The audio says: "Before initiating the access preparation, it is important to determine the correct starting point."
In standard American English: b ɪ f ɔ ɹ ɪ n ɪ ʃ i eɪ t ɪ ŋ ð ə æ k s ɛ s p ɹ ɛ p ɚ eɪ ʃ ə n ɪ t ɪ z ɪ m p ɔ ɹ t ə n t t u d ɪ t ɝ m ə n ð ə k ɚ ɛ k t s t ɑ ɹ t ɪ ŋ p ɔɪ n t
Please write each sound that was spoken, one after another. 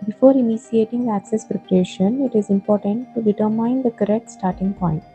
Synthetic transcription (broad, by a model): b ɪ f ɔ ɹ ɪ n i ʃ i eɪ t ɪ ŋ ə æ k s ɛ s p ɹ ɛ p ɚ eɪ ʃ ə n ɪ t ɪ z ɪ m p ɔ ɹ t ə n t t u d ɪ t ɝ m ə n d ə k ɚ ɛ k t s t ɑ ɹ t ɪ ŋ p ɔɪ n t